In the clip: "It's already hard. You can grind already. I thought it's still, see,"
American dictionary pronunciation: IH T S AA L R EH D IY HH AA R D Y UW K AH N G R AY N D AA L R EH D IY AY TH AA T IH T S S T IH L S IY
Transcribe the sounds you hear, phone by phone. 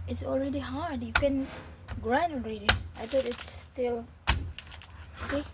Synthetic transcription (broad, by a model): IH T S AA L R EH D IY HH AA R D Y UW K AH N G R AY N AA L R EH D IY AY T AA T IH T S S T IH L S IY